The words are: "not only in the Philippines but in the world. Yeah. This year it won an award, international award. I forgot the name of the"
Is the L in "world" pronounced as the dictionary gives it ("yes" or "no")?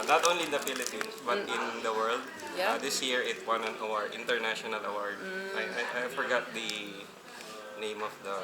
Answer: yes